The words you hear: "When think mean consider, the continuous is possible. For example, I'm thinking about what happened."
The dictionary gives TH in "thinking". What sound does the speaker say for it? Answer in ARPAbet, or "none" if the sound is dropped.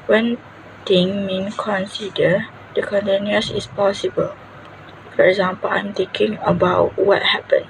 T